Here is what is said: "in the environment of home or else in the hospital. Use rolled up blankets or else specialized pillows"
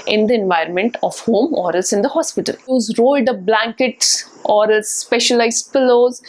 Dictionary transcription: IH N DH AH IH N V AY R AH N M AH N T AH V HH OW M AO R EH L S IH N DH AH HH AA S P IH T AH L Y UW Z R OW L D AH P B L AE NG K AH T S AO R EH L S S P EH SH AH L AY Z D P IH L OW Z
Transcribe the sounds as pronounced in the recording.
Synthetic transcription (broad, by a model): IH N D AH IH N V AY R AH N M AH N T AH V HH OW M AO R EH L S IH N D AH HH AA S P IH T AH L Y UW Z R OW L D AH B L AE NG K AH T S AO R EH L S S P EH SH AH L AY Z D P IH L OW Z